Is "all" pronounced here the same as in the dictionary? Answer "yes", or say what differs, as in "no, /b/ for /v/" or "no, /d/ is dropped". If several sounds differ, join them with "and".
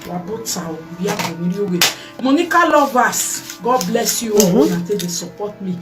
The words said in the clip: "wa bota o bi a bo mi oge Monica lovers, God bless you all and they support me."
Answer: no, /n/ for /l/